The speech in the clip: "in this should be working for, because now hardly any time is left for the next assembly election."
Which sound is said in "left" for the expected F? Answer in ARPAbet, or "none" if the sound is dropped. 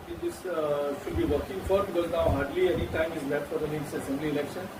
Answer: none